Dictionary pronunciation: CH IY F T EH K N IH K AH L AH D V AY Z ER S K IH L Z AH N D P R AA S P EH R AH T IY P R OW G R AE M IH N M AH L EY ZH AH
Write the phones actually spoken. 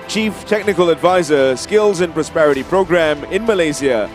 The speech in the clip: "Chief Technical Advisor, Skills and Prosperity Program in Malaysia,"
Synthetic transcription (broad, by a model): CH IY F T EH K N IH K AH L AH D V AY Z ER S K IH L Z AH N P R AA S P EH R AH T IY P R OW G R AE M IH N M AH L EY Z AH